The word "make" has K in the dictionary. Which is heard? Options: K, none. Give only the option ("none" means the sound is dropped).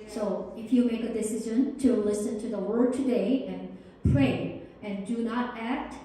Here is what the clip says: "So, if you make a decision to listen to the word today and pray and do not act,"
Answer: K